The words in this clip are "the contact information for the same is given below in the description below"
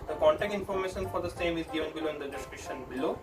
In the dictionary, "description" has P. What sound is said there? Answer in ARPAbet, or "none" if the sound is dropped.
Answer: none